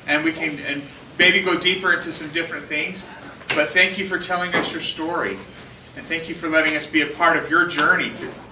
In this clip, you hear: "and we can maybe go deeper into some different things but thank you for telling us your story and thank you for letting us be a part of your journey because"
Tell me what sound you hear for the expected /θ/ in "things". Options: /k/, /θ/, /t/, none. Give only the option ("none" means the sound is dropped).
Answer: /θ/